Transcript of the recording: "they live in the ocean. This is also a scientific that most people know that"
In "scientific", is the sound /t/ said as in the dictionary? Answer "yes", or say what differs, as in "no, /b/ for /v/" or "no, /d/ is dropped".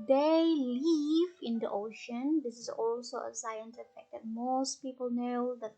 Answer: no, /s/ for /t/